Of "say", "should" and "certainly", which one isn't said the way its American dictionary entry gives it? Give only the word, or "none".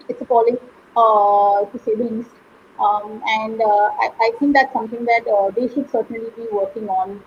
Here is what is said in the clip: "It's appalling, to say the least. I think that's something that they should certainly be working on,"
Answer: none